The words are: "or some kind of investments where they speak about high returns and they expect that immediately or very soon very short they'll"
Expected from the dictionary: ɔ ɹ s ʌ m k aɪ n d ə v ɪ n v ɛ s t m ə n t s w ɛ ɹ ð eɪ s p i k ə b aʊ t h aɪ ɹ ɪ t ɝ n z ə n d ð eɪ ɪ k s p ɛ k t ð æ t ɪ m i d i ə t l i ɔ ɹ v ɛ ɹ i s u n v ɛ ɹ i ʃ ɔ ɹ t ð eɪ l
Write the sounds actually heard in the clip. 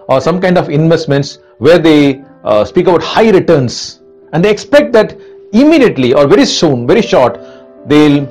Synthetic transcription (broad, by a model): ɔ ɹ s ʌ m k aɪ n d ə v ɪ n v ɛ s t m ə n t s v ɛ ɹ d eɪ s p i k ə b aʊ t h aɪ ɹ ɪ t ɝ n s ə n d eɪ ɪ k s p ɛ k t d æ t ɪ m i d i ə t l i ɔ ɹ v ɛ ɹ i s u n v ɛ ɹ i ʃ ɔ ɹ t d eɪ l